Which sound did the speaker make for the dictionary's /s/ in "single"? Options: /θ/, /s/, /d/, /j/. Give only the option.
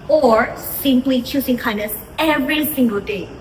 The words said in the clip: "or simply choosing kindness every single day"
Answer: /s/